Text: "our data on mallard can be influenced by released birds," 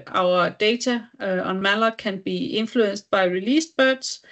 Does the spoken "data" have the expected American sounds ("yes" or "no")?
no